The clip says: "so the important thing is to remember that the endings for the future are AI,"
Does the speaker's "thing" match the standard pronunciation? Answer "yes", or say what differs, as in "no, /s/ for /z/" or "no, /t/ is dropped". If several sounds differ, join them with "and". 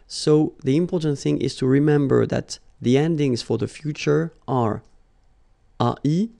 yes